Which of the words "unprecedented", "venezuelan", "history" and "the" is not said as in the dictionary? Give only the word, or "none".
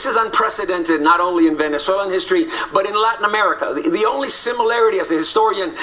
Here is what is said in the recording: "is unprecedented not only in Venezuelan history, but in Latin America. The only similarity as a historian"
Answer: venezuelan